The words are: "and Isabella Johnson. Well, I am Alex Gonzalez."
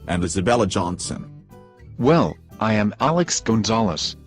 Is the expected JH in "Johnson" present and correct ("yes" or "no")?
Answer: yes